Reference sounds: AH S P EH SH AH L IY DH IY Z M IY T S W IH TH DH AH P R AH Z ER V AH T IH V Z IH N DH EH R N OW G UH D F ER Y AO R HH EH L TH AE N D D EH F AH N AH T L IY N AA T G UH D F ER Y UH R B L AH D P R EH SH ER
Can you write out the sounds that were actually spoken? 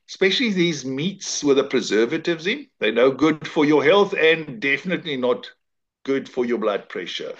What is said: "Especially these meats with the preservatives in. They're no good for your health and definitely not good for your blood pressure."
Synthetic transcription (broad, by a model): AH S P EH SH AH L IY DH IY Z M IY T S W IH DH AH P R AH Z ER V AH T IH V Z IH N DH EH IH N OW G UH D F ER Y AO HH EH L TH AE N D D EH F AH N AH T L IY N AA T G UH D F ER Y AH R B L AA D P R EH SH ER